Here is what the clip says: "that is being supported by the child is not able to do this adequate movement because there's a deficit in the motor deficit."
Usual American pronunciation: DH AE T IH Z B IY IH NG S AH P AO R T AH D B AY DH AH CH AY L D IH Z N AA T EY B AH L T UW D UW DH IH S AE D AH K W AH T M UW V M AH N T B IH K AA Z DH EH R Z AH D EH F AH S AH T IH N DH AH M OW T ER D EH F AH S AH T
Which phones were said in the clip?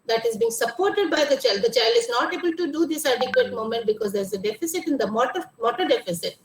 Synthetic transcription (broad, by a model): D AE T IH Z B IY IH NG S AH P AO R T AH D B AY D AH CH AY L D IH Z N AA T EY B AH L T UW D UW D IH S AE D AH K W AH T M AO M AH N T B IH K AA Z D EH R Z AH D EH F AH S AH T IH N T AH M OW T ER D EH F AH S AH T